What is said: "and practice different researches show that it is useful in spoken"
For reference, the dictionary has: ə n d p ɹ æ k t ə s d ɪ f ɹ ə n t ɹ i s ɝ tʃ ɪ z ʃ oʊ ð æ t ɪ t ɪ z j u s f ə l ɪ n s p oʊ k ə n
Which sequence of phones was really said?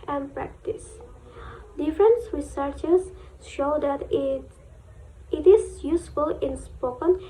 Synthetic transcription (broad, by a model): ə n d p ɹ æ k t ə s d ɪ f ɹ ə n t ɹ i s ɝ tʃ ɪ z ʃ oʊ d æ t ɪ t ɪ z j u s f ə l ɪ n s p oʊ k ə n